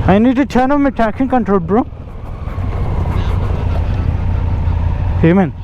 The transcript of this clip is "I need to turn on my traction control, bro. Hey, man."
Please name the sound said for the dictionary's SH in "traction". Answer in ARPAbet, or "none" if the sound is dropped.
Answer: S